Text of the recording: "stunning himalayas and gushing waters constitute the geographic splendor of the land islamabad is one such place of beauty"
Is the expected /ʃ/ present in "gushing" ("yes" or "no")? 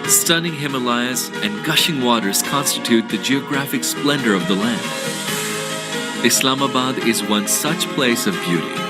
yes